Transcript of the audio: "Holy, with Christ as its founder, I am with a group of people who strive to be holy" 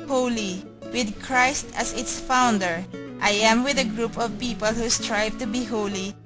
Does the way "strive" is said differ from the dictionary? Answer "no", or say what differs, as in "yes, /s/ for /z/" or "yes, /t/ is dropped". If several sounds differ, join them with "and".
no